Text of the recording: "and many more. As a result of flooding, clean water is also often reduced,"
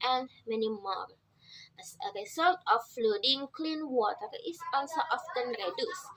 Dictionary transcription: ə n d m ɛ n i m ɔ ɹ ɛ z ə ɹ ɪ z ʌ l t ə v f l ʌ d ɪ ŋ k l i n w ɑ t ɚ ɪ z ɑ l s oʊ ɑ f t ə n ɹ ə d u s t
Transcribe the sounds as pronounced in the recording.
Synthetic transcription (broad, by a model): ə n m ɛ n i m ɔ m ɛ s ə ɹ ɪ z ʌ l t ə f l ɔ d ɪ ŋ k l i n w ɑ t ɚ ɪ s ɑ n s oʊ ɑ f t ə n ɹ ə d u s